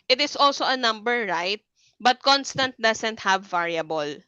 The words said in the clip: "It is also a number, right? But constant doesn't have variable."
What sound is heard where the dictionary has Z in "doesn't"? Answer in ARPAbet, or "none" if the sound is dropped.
S